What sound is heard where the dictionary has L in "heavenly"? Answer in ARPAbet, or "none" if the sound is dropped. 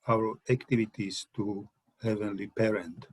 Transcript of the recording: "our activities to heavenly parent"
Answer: L